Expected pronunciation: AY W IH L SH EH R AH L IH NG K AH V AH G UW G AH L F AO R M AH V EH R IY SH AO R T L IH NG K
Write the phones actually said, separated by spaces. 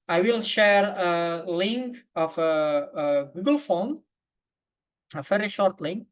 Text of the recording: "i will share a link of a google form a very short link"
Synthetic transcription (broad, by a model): AY W IH L SH EH R AH L IH NG K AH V AH G UW G AH L F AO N AH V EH R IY SH AO R T L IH NG K